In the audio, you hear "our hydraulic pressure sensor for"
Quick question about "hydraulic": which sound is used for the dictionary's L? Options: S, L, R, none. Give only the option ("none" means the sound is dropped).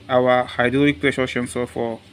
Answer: none